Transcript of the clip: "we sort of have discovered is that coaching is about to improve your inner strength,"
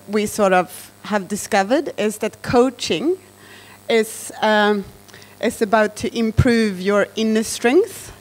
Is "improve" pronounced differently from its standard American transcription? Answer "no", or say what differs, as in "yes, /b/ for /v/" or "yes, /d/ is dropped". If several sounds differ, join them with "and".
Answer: no